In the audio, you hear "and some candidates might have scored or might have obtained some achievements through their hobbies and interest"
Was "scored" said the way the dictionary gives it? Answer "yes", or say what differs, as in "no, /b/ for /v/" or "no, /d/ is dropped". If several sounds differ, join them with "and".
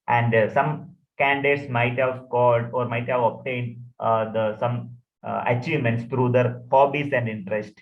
no, /l/ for /ɹ/